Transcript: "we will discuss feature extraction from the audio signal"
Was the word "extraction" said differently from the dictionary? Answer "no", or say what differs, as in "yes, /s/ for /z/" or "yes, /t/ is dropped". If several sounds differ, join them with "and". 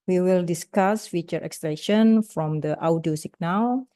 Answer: yes, /ɹ/ is dropped and /k/ is dropped